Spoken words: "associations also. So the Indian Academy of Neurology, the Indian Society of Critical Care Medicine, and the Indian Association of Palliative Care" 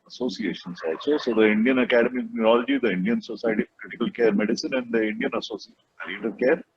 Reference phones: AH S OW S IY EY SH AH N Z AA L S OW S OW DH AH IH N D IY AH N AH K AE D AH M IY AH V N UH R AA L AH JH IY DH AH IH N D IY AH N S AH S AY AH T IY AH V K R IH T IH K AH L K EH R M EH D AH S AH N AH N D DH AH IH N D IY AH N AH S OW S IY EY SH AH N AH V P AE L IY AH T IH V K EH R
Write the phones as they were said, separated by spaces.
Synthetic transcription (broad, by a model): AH S OW S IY EY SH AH N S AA S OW S OW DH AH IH N D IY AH N AH K AE D AH M IY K N UH R AA L AH JH IY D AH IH N D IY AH N S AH S AY T IY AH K L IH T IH K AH L K EH R M EH D AH S AH N AH N D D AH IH N D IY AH N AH S OW S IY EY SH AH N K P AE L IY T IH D K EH R